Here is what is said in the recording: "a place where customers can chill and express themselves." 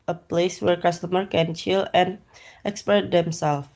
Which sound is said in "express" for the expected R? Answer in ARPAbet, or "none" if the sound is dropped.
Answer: none